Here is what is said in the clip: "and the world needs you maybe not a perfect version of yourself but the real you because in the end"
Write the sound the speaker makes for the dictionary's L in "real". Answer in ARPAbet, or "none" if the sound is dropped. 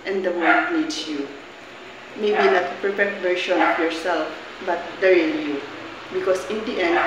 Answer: N